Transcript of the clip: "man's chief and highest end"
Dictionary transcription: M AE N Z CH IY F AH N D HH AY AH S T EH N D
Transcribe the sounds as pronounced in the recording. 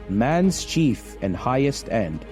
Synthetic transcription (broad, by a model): M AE N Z CH IY F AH N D HH AY AH S T EH N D